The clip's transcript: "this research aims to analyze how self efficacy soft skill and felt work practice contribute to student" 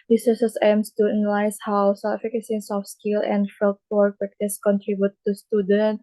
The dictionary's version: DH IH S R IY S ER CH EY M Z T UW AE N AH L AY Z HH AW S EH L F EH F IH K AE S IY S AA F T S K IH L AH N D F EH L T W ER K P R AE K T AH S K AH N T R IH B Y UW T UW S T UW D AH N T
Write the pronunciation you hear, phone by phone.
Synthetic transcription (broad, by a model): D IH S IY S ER S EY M S T UW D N L AY S HH AW S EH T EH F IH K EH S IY S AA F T S K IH L AH N D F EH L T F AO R P R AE K T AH S K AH N T R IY B Y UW T UW S T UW D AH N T